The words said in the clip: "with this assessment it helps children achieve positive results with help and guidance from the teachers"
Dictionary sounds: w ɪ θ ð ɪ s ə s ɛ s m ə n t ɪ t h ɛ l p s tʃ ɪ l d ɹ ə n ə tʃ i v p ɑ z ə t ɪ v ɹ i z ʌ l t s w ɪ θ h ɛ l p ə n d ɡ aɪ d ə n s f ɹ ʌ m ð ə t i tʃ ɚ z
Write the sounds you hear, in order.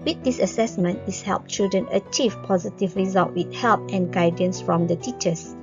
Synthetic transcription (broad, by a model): w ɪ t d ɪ s ə s ɛ s m ə n t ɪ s h ɛ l p tʃ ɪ l d ɹ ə n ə tʃ i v p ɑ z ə t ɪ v ɹ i z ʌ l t w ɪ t h ɛ l p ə n ɡ aɪ d ə n s f ɹ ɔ m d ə t i tʃ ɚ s